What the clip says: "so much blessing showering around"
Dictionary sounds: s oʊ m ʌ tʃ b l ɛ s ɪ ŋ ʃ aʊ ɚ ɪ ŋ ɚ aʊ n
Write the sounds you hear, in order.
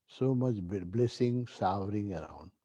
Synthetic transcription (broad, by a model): s oʊ m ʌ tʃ b l ɛ s ɪ ŋ s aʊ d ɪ ŋ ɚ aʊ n